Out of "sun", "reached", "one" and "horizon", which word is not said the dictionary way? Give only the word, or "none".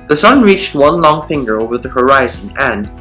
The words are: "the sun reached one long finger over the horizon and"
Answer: none